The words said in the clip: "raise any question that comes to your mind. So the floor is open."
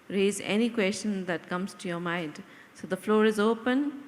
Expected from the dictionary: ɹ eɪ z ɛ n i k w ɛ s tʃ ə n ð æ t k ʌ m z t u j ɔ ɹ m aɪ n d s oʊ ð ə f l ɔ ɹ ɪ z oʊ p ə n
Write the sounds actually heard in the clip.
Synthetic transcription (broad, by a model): ɹ eɪ z ɛ n i k w ɛ s tʃ ə n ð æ t k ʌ m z t u j ɔ ɹ m aɪ n d s oʊ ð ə f l ɔ ɹ ɪ z oʊ p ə n